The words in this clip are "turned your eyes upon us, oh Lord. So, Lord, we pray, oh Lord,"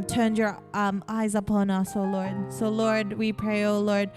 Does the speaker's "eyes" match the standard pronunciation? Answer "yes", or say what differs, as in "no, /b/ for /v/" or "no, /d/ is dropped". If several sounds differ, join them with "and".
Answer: yes